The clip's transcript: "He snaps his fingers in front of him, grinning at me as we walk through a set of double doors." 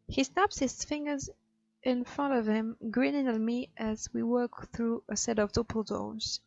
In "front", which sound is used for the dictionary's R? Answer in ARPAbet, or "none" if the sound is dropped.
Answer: R